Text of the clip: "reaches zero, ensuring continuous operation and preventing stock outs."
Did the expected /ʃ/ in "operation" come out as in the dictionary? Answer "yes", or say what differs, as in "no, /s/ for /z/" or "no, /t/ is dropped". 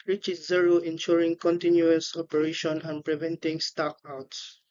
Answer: yes